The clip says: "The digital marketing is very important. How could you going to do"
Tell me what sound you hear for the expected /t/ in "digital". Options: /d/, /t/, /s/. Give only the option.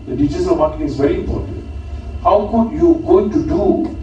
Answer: /s/